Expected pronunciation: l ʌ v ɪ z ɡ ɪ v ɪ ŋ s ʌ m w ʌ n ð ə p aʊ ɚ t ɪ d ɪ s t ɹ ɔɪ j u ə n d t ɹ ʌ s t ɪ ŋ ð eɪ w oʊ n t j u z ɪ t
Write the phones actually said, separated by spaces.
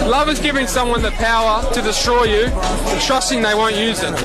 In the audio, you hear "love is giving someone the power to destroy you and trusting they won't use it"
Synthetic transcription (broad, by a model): l ʌ v ɪ z ɡ ɪ v ɪ ŋ s ʌ m w ʌ n ð ə p aʊ ɚ t ɪ d ɪ s t ɹ ɔɪ j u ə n t ɹ ʌ s t ɪ ŋ ð eɪ w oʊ n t j u z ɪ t